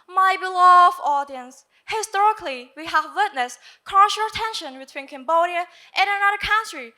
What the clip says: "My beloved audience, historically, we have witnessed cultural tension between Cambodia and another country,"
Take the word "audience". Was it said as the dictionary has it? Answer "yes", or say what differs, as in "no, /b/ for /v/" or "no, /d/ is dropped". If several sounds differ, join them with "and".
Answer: yes